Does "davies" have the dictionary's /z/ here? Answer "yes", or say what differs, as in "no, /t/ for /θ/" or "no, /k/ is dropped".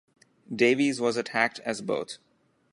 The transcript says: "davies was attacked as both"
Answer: yes